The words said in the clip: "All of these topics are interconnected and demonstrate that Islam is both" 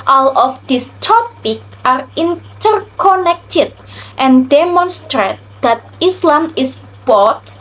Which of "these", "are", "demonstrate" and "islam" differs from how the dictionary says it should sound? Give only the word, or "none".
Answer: these